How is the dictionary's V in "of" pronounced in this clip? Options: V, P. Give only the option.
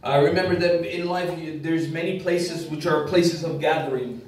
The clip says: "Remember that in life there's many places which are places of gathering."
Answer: V